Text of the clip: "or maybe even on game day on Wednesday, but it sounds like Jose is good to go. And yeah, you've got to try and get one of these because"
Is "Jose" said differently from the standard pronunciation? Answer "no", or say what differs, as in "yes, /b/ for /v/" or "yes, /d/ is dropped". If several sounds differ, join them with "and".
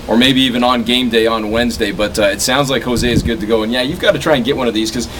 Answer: no